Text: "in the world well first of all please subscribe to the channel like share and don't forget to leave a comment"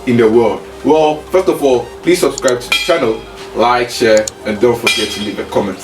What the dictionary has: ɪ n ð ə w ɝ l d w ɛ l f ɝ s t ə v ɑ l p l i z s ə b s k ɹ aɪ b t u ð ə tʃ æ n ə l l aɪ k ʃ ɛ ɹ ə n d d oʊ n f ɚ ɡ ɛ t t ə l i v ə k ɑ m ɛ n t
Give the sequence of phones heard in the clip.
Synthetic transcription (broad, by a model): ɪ n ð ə w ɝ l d w ɛ l f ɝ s t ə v ɑ l p l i s ə b s k ɹ aɪ b t u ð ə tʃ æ n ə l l aɪ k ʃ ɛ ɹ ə n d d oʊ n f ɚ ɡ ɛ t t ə n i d ə k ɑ m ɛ n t